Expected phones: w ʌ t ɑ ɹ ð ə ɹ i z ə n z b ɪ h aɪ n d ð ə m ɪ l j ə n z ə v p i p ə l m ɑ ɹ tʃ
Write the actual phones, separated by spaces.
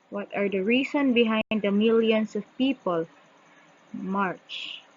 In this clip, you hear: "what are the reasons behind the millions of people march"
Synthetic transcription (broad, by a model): w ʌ t ɑ ɹ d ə ɹ i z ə n b ɪ h aɪ n d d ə m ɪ l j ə n s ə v p i p ə l m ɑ ɹ tʃ